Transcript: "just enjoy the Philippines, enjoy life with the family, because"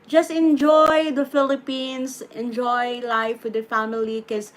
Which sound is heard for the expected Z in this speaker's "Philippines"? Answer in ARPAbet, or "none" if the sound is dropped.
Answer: S